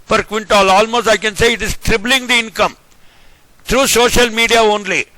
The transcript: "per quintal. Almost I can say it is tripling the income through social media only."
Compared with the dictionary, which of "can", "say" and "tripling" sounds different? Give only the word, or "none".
tripling